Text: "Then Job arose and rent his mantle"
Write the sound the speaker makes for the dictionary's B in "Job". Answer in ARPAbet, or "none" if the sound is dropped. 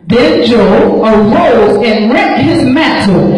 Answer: none